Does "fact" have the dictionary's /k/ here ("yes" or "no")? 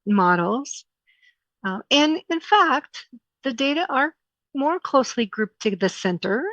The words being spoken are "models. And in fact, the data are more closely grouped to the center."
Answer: yes